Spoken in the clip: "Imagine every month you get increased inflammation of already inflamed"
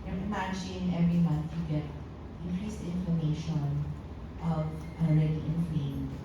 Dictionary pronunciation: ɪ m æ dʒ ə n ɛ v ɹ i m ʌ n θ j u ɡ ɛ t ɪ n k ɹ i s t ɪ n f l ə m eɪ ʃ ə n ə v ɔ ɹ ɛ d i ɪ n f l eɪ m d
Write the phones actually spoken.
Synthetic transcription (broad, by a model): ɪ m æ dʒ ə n ɛ v ɹ i m ʌ n θ j u ɡ ɛ t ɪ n k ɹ i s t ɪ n f ə m eɪ ʃ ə n ə v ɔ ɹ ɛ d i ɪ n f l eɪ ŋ